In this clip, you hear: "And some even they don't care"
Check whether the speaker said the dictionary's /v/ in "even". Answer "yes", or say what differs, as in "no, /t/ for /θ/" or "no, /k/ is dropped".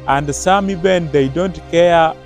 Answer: no, /b/ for /v/